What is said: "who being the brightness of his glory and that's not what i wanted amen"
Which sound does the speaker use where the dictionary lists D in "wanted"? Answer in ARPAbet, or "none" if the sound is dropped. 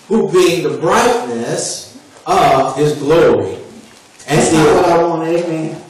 none